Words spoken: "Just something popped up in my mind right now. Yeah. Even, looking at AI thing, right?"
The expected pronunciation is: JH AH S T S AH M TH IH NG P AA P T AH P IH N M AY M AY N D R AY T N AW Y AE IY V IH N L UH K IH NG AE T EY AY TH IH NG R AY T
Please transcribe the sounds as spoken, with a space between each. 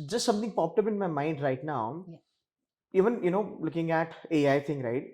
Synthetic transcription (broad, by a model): JH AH S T S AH M T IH NG P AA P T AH B IH N M AY M AY N D R AY T N AW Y IY V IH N L UH K IH NG AE T EY AY T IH NG R AY T